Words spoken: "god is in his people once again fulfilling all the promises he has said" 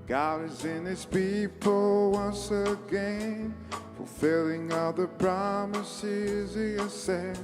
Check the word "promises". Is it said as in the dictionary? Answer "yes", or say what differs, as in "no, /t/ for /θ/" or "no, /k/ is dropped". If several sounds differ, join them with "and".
yes